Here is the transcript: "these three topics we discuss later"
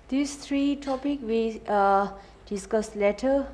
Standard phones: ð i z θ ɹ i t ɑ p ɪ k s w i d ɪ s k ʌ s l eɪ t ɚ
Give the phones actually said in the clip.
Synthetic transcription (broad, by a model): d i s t ɹ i t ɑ p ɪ k w i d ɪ s k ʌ s l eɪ t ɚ